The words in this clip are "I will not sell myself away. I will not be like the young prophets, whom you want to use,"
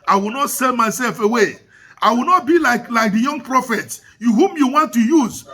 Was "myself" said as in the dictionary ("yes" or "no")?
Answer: yes